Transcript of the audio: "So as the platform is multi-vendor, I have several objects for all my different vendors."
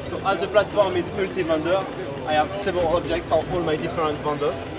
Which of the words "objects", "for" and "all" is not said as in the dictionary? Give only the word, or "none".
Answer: objects